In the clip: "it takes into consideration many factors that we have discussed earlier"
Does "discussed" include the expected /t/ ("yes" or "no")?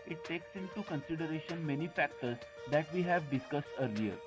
yes